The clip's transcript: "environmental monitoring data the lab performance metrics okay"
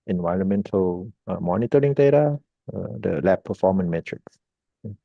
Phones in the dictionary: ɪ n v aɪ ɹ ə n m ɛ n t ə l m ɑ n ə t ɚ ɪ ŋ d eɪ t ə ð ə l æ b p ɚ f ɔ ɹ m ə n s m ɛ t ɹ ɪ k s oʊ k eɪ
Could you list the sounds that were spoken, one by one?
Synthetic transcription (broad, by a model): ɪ n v aɪ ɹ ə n m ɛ n t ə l m ɑ n ə t ɚ ɪ ŋ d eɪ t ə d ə l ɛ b p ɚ f ɔ m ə n m ɛ t ɹ ɪ k s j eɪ